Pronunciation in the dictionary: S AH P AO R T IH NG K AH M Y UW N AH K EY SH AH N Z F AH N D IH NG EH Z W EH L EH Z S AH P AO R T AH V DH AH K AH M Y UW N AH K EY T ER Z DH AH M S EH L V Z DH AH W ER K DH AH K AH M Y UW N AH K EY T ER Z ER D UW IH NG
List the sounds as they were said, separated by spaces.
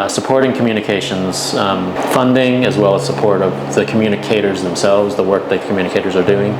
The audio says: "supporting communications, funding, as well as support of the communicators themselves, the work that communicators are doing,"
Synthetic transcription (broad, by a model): S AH P AO R T IH NG K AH M Y UW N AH K EY SH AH N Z F AH N D IH NG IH Z W EH L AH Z S AH P AO R T AH V DH AH K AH M Y UW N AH K EY T ER Z DH AH M S EH L V Z DH AH W ER K DH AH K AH M Y UW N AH K EY T ER Z ER D UW IH NG